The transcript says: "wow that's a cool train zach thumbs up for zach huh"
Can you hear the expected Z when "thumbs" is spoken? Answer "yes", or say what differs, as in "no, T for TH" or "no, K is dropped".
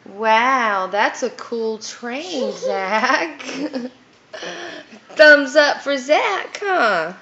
yes